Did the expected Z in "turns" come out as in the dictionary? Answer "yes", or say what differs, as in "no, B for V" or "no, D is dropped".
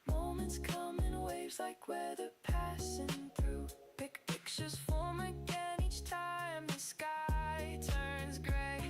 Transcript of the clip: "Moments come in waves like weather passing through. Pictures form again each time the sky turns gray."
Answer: yes